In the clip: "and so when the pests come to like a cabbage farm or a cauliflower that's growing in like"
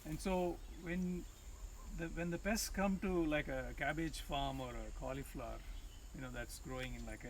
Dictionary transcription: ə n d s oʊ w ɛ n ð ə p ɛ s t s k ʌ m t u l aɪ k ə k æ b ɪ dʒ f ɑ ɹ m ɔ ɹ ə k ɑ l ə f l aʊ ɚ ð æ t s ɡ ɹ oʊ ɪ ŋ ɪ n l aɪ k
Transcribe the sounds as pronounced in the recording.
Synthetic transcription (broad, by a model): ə n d s oʊ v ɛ n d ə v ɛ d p s k ʌ m t u l aɪ k ə k æ b ɪ dʒ f ɑ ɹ m ɔ ɹ ə k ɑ l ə f l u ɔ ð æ t s ɡ ɹ oʊ ɪ ŋ ɪ n l aɪ k